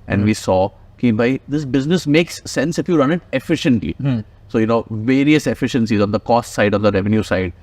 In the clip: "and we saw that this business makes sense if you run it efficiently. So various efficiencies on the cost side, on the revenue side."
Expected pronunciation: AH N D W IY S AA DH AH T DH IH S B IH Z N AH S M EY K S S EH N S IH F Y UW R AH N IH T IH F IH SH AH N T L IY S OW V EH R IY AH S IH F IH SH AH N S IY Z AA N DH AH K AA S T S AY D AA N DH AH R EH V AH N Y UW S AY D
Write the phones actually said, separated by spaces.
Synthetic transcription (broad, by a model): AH N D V IY S AA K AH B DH IH S B IH Z N AH S M EY K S S EH N S IH F Y UW R AH N IH T IH F IH SH AH N T L IY S OW V EH R IY AH S IH F IH SH AH N S IY Z AA N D AH K AA S T S AY D AA N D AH R EH V AH N Y UW S AY D